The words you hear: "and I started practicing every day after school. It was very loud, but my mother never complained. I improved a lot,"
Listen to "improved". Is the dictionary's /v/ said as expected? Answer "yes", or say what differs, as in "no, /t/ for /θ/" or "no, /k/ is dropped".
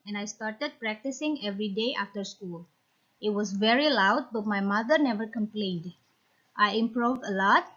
yes